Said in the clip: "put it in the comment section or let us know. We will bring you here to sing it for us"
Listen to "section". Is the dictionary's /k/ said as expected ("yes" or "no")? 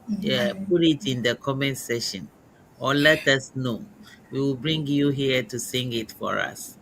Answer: no